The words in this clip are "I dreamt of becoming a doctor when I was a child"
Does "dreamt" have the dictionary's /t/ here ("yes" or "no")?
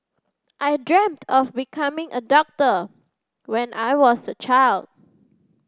yes